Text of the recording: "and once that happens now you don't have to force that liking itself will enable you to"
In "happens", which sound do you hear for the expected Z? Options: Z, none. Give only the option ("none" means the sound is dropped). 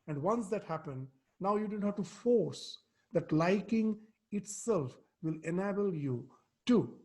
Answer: none